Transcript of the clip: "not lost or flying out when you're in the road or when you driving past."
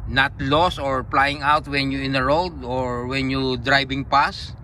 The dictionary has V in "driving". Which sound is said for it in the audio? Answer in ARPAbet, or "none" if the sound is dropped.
B